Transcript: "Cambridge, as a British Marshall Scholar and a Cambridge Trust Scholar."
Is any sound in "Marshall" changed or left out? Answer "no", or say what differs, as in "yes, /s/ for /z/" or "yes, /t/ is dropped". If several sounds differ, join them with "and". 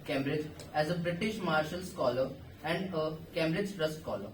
no